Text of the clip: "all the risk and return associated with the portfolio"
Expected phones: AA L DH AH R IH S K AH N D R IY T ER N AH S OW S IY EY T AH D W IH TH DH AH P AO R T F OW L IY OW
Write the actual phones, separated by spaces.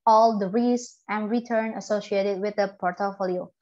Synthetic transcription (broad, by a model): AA L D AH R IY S AH N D R IY T ER N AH S OW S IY EY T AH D W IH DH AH P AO R T F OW L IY OW